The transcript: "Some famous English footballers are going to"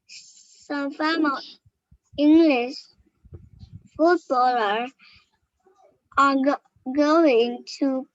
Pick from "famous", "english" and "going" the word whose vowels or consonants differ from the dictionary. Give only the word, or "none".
famous